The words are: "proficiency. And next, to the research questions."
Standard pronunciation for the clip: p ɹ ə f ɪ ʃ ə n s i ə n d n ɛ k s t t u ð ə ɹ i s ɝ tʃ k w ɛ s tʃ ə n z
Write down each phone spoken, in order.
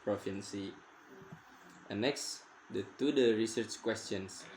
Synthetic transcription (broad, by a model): p ɹ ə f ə n s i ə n n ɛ k s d t u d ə ɹ i s ɝ tʃ k w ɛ s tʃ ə n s